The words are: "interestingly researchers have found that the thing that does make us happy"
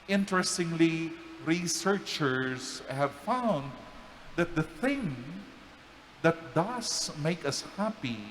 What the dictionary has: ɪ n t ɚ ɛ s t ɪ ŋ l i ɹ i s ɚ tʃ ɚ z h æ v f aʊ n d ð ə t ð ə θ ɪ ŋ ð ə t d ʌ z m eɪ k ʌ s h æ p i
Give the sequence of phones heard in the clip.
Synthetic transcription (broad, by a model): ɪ n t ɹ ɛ s t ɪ ŋ l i ɹ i s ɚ tʃ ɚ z h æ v f aʊ n d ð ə t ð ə θ ɪ ŋ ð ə t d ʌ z m eɪ k ʌ s h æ p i